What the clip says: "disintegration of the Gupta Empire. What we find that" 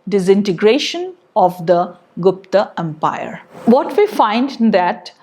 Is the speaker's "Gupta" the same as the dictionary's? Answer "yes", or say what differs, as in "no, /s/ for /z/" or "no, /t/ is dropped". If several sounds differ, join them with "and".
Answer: yes